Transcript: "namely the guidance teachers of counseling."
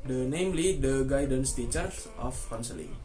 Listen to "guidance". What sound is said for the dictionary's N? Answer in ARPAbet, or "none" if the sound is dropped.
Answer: N